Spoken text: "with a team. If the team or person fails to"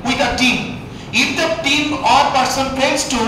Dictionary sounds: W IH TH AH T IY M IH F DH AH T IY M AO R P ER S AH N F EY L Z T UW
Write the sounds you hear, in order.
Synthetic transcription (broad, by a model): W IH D AH T IY M IH F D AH T IY M AO R P ER S AH N P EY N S T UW